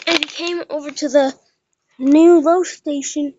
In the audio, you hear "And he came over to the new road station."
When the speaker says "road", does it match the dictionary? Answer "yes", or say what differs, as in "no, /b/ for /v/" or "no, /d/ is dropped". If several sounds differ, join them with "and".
no, /l/ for /ɹ/